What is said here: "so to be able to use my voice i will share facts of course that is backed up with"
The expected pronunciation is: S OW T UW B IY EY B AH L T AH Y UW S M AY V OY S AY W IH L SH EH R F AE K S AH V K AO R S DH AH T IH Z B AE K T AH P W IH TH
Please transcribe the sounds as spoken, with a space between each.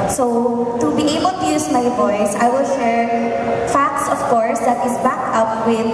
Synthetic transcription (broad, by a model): S OW T UW B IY EY B AH L T AH Y UW S M AY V OY S AY W IH L SH EH R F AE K S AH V K AO R S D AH T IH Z B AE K AH P W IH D